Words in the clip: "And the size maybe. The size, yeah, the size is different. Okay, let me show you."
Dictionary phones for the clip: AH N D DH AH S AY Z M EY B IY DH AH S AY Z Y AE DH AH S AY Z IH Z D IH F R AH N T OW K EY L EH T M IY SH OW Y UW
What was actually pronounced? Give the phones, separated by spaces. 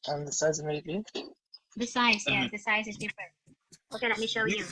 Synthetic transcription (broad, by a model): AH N DH AH S AY Z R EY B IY DH AH S AY Z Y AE DH AH S AY Z IH Z D IH F R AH N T OW K EY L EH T M IY SH OW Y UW